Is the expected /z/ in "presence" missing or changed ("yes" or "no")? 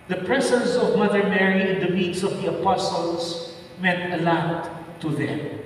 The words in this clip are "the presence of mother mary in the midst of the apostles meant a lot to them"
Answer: yes